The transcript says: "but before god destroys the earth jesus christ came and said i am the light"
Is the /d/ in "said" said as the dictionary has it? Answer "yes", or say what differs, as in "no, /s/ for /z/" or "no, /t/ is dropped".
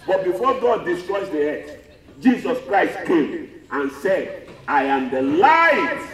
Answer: yes